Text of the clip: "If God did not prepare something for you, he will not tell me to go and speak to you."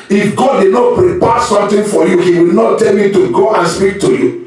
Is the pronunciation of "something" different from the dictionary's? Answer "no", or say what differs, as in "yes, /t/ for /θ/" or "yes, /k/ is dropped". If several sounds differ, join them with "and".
yes, /t/ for /θ/